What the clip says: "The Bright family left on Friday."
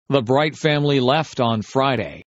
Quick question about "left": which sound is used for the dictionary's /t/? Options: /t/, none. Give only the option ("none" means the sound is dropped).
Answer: /t/